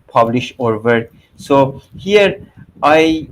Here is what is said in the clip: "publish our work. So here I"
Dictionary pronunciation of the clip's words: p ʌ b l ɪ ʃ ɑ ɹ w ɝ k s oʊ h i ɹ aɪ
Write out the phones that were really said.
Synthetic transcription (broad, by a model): p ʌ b l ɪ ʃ ɑ ɹ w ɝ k s oʊ h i ɹ aɪ